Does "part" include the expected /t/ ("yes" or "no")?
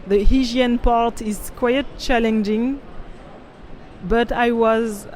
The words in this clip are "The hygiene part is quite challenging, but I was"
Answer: yes